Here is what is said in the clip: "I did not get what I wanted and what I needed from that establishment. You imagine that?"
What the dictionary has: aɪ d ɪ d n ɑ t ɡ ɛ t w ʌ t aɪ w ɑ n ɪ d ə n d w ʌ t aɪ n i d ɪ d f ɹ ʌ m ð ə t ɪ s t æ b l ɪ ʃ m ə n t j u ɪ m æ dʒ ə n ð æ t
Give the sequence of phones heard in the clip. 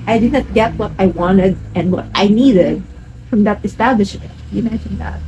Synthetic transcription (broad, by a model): aɪ d ɪ d n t ɡ ɛ t w ʌ t aɪ w ɑ n ɪ d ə n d w ʌ t aɪ n i d ɪ d f ɹ ʌ m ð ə t ɪ s t æ b l ɪ ʃ m ə n t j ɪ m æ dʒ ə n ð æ t